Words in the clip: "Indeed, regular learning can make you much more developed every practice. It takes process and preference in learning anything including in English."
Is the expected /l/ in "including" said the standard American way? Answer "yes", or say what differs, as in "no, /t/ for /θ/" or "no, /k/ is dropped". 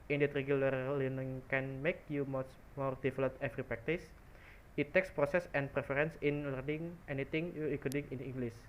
no, /l/ is dropped